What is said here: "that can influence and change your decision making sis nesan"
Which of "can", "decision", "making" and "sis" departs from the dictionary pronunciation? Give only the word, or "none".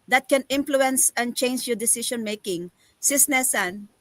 decision